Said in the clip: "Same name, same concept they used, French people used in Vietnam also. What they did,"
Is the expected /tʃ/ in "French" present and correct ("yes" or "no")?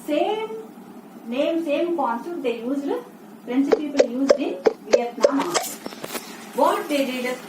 no